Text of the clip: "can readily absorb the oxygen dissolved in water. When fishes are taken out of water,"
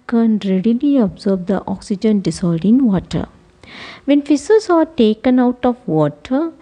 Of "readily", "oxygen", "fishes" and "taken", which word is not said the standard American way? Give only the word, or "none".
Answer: fishes